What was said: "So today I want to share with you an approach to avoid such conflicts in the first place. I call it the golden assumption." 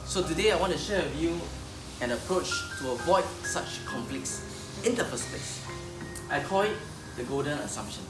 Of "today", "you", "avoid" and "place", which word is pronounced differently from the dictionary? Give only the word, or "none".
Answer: place